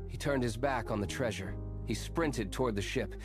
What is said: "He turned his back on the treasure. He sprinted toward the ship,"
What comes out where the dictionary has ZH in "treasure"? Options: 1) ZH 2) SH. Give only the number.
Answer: 1